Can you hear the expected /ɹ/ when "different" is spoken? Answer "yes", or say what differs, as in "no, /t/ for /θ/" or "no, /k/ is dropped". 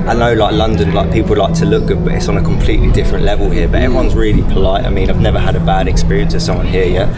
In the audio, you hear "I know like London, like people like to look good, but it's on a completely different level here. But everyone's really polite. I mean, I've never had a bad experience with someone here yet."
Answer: yes